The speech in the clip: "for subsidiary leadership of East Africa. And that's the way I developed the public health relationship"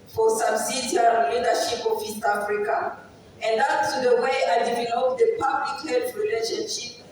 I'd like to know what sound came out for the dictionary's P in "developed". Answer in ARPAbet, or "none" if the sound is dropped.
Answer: none